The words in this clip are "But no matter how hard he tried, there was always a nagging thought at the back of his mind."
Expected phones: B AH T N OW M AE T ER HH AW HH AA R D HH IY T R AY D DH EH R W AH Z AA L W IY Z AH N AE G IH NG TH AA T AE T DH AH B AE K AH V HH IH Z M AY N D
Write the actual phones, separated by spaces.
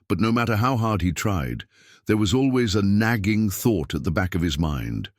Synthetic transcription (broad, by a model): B AH T N OW M AE T ER HH AW HH AA R D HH IY T R AY D DH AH R W AH Z AA L W IY Z AH N AE G IH NG TH AA T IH T DH AH B AE K AH V IH Z M AY N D